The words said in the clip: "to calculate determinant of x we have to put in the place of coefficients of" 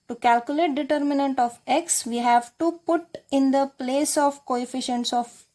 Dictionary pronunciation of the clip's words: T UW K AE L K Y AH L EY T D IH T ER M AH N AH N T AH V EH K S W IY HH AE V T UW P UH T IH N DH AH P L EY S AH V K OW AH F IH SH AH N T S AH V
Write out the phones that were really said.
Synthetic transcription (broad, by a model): T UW K AE L K Y AH L EY T D IH T ER M AH N AH N T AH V EH K S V IY HH AE V T UW P UH T IH N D AH P L EY S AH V K OW AH F IH SH AH N T S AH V